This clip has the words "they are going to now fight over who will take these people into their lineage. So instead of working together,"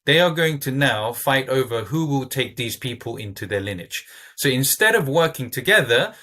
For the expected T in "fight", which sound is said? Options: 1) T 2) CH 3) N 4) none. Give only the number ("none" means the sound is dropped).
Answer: 1